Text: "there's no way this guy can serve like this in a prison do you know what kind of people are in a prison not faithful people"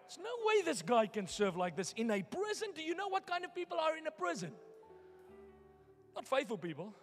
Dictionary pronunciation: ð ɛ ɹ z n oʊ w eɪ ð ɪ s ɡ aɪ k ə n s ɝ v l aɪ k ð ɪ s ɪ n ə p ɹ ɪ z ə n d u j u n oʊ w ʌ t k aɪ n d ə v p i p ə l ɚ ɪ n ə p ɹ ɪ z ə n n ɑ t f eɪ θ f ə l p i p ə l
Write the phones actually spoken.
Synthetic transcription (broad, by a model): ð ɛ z n oʊ w eɪ ð ɪ s ɡ aɪ k ə n s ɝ v l aɪ k ð ɪ s ɪ n ə p ɹ ɪ z ə n d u j u n oʊ w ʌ t k aɪ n d ə v p i p ə l ɚ ɪ n ə p ɹ ɪ z ə n n ɑ t f eɪ θ f ə l p i p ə l